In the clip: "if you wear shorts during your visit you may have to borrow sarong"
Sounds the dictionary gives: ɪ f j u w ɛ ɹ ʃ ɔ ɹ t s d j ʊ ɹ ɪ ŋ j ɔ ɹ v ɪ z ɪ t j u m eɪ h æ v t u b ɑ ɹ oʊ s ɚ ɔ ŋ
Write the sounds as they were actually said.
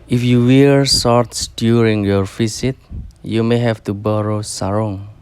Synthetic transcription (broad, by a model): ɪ f j u w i ɹ s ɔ ɹ t s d j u ɹ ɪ ŋ j ɔ ɹ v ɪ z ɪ t j u m eɪ h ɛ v t u b ɑ ɹ oʊ s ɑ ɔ ŋ